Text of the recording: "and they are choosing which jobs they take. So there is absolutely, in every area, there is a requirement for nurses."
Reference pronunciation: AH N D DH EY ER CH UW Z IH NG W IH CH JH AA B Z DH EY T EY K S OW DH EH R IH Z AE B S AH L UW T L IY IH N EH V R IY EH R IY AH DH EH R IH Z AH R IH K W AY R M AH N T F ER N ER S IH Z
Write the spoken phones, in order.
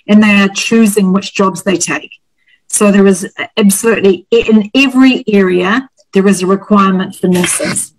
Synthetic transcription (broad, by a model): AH N DH EY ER CH UW Z IH NG W IH CH JH AA B Z DH EY T EY K S OW DH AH R IH Z AE B S AH L UW T L IY IH N EH V R IY EH R IY AH DH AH R IH Z AH R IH K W AY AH M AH N T F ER N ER S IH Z